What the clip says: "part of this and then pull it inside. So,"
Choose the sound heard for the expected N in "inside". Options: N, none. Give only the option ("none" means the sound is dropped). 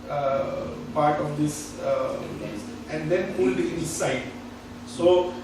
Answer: none